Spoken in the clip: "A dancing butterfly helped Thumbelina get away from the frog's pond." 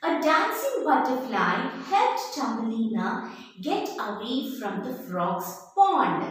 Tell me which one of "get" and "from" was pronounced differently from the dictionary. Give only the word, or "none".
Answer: none